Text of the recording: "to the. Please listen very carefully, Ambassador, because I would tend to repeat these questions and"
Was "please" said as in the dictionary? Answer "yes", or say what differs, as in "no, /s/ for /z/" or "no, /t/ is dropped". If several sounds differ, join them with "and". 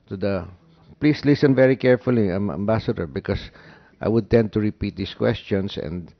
no, /s/ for /z/